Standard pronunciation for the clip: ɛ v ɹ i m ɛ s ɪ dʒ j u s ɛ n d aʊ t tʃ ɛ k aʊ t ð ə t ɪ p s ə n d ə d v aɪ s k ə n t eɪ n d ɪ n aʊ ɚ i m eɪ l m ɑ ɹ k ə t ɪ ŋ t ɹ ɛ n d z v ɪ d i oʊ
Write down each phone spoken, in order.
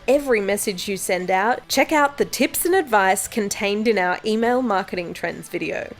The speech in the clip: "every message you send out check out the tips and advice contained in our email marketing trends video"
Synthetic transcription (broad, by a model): ɛ v ɹ i m ɛ s ɪ dʒ j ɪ s ɛ n d aʊ t tʃ ɛ k aʊ t ð ə t ɪ p s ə n ə d v aɪ s k ə n t eɪ n d ɪ n aʊ ɚ i m eɪ l m ɑ ɹ k ə t ɪ ŋ t ɹ ɛ n d z v ɪ d i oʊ